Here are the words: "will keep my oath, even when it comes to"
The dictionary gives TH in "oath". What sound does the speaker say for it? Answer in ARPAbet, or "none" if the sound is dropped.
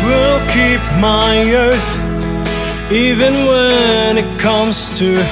TH